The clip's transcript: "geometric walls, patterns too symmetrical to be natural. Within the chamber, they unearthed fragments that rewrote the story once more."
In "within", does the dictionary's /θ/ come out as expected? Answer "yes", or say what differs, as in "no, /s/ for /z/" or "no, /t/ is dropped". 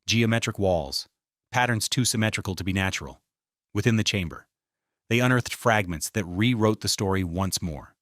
yes